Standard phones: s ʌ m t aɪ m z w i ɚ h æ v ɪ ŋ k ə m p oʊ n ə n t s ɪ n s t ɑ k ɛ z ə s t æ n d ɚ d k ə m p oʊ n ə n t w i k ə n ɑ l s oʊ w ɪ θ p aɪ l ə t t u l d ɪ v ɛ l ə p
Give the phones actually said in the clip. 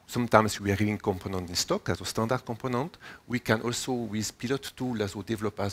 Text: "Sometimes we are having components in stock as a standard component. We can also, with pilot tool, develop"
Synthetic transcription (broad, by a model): s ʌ m t aɪ m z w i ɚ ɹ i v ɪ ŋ k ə m p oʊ n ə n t ɪ n s t ɑ k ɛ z ə s t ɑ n d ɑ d k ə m p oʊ n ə n t w i k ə n ɑ l s oʊ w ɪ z p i l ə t t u l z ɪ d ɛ l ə p